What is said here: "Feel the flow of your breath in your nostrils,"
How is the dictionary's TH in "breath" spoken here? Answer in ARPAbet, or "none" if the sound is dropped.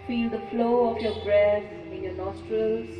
S